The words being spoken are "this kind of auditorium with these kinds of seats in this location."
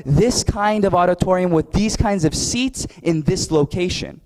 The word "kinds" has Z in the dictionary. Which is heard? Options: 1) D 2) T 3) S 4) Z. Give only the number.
4